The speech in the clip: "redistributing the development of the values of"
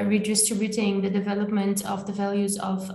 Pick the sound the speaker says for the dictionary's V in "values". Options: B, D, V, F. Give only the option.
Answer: V